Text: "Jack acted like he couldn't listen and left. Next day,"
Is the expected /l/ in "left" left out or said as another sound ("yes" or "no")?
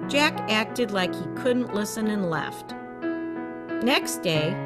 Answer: no